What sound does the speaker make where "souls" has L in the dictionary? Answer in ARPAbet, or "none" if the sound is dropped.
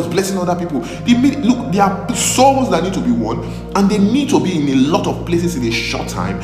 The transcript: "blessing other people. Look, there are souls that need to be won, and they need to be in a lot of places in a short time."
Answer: none